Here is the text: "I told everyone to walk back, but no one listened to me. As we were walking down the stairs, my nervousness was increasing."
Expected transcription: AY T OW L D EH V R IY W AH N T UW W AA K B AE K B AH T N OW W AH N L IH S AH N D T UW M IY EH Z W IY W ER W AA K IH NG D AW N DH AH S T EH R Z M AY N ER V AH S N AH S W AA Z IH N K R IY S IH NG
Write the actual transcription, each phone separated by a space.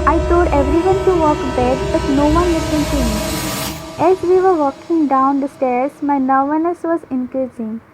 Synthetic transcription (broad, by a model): AY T OW D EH V R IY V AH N T UW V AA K B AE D B AH T N OW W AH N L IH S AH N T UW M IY EH Z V IY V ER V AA K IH NG D AW N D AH S T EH R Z M AY N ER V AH N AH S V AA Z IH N K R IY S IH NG